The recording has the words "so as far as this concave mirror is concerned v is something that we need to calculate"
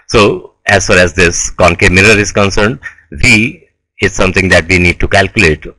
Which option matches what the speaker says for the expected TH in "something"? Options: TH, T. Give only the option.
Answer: T